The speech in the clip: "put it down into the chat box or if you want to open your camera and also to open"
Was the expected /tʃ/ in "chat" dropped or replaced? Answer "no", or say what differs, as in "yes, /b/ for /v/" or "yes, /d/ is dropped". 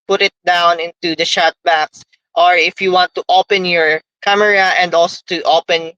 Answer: yes, /ʃ/ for /tʃ/